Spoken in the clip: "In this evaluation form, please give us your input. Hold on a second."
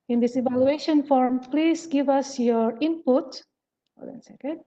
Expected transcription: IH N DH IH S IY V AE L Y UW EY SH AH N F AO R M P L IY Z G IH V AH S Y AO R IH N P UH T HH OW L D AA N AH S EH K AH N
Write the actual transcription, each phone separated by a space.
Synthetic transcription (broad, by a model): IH N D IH S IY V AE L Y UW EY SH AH N F AO R M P L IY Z G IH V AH S Y AO R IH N P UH T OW D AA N S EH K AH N